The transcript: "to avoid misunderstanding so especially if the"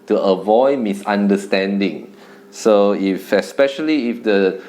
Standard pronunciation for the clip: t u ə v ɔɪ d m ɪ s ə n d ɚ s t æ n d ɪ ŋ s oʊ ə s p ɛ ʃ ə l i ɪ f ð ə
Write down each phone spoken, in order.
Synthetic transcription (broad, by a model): t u ə v ɔɪ d m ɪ s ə n d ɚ s t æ n d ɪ ŋ s oʊ ə s p ɛ ʃ ə l i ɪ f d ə